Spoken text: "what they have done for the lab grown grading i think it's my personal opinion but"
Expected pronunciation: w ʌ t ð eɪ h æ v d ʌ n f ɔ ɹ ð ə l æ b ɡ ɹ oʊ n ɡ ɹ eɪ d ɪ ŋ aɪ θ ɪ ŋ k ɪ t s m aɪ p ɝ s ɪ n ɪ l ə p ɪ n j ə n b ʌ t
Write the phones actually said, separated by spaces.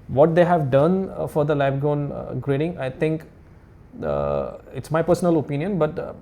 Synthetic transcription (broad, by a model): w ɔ t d eɪ h æ v d ʌ n f ɔ ɹ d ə l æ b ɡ oʊ n ɡ ɹ eɪ d ɪ ŋ aɪ t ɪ ŋ k ɪ t s m aɪ p ɝ s ɪ n ɪ l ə p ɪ n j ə n b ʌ t